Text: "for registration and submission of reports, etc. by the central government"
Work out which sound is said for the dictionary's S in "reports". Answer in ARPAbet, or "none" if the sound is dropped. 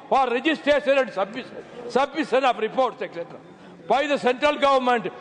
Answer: S